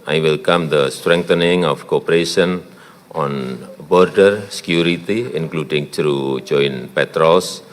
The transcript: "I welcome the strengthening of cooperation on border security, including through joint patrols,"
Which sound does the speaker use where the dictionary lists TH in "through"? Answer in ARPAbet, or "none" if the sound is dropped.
T